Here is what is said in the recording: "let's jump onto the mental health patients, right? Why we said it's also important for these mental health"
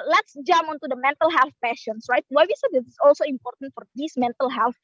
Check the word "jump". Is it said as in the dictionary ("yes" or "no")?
no